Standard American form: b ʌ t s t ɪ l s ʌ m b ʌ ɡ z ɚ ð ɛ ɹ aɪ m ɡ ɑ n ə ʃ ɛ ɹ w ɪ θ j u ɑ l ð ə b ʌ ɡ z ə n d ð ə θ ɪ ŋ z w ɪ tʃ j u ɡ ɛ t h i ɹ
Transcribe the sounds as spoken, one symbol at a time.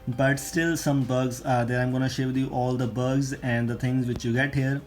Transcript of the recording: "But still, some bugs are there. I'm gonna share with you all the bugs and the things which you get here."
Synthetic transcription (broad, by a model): b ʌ t s t ɪ l s ʌ m b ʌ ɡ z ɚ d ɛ ɹ aɪ m ɡ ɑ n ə ʃ ɛ ɹ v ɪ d j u ɑ l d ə b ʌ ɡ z ə n d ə t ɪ ŋ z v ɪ tʃ j u ɡ ɛ t h i ɹ